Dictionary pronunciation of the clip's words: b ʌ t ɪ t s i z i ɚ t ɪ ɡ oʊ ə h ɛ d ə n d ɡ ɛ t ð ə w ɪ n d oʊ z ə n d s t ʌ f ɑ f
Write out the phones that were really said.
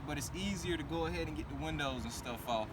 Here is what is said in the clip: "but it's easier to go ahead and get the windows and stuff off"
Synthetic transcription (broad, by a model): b ʌ t ɪ t s i z i ɚ t ɪ ɡ oʊ ə h ɛ d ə n ɡ ɛ t ð ə w ɪ n d oʊ z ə n s t ʌ f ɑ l